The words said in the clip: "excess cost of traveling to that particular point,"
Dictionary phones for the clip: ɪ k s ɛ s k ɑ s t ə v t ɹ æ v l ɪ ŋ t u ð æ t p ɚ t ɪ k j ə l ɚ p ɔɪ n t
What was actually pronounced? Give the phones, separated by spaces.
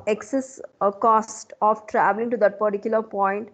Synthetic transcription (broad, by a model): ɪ k s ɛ s k ɑ s t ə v t ɹ æ v l ɪ ŋ t u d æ t p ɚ t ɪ k j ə l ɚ p ɔɪ n t